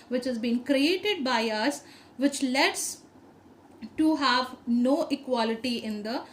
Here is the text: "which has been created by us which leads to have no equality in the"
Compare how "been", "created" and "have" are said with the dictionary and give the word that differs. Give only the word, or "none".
none